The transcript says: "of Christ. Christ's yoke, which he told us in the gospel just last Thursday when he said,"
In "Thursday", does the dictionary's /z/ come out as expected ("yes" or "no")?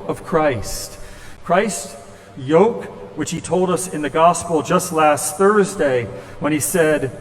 yes